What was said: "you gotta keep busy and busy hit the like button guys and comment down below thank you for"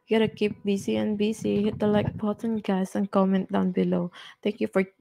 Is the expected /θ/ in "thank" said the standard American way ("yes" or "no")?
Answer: no